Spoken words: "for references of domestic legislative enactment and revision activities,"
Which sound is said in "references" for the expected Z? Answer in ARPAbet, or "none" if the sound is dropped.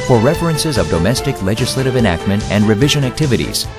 Z